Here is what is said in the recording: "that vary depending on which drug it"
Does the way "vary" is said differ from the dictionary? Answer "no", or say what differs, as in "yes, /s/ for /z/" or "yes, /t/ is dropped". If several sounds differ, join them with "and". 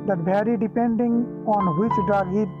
yes, /b/ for /v/